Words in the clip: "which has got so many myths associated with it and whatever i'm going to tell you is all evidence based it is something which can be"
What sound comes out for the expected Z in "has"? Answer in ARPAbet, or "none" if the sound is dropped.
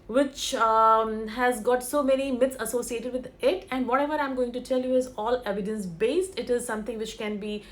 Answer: Z